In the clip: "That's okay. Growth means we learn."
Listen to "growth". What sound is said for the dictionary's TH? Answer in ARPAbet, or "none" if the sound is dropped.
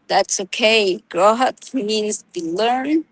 T